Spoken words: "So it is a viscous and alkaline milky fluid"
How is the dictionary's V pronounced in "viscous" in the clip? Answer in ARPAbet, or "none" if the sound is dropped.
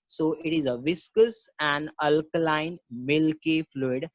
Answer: V